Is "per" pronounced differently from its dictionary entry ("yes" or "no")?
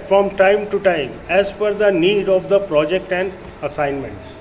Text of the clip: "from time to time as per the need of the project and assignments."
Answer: yes